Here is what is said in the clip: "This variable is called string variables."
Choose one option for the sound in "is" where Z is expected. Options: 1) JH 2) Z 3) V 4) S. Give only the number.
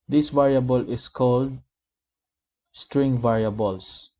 4